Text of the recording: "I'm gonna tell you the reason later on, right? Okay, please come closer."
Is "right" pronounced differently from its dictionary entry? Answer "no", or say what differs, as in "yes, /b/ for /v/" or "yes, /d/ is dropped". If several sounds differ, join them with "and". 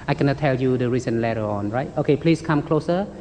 no